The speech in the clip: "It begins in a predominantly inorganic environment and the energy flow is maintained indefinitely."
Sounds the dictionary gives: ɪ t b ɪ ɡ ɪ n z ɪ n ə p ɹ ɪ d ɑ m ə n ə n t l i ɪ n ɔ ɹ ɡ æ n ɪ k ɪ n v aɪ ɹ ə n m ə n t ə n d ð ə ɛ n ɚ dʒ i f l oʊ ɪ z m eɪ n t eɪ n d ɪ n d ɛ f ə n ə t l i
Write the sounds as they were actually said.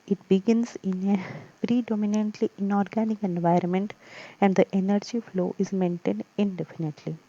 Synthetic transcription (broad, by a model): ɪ t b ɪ ɡ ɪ n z ɪ n ə p ɹ ɪ d ɑ m ə n ə n t l i ɪ n ɔ ɹ ɡ æ n ɪ k ɪ n v aɪ ɹ ə n m ə n t ə n d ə ɛ n ɚ dʒ i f l oʊ ɪ z m eɪ n t eɪ n d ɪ n d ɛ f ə n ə t l i